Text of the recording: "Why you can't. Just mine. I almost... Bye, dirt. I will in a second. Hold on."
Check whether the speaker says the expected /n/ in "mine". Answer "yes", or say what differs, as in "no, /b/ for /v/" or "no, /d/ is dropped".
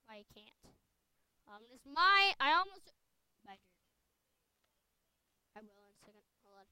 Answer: no, /n/ is dropped